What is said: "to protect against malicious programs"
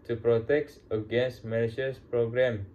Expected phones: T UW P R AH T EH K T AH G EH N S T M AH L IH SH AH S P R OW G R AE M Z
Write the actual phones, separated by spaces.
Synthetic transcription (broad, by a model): T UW P R AH T EH K T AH G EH N S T M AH N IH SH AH S P R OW G R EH M